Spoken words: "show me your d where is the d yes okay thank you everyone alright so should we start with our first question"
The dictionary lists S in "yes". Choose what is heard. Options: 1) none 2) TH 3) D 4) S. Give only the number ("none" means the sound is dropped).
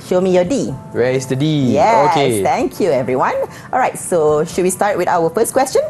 1